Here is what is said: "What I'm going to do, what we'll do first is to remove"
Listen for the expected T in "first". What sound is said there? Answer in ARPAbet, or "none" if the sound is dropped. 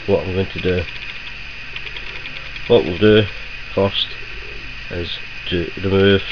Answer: T